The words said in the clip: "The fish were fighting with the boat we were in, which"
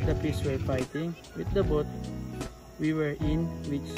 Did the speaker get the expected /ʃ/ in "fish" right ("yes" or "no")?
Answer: no